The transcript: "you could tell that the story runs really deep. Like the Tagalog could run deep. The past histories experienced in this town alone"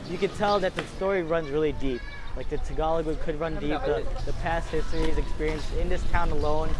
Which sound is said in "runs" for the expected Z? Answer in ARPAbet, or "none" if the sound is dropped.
Z